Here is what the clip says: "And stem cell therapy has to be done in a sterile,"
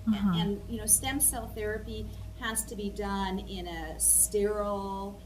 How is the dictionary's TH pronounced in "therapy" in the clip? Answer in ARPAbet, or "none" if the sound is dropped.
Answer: TH